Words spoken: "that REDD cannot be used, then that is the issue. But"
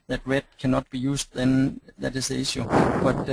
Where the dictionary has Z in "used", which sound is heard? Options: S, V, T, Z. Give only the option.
S